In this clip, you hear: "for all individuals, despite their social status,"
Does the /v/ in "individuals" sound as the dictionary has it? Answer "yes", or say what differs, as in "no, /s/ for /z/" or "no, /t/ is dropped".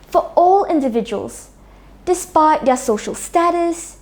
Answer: yes